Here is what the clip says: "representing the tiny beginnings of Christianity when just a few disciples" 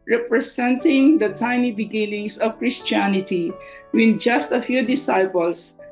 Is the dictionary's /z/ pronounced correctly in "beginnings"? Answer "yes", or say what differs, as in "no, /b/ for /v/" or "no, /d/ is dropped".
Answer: no, /s/ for /z/